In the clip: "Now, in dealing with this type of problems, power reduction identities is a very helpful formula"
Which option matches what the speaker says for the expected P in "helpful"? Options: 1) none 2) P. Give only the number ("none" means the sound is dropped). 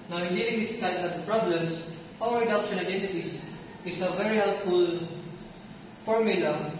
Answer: 1